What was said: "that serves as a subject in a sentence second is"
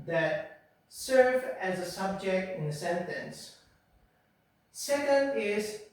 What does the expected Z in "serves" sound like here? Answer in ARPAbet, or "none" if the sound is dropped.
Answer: none